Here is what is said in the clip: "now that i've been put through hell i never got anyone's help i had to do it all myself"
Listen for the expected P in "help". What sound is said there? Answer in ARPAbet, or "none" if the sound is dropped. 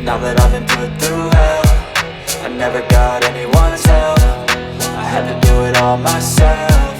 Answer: F